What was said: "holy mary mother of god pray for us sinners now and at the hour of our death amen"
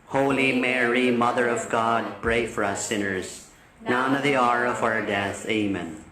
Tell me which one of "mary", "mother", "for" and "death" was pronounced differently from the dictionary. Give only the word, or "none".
none